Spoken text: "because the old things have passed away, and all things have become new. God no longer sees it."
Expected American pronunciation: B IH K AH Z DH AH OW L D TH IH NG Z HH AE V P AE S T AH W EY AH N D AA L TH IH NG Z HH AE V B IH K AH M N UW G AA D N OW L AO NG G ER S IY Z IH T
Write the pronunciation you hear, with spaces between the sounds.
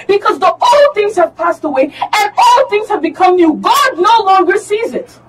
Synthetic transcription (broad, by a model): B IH K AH Z DH AH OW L TH IH NG Z HH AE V P AE S T AH W EY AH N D AA L TH IH NG Z HH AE V B IH K AH M N UW G AA D N OW L AO NG G ER S IY Z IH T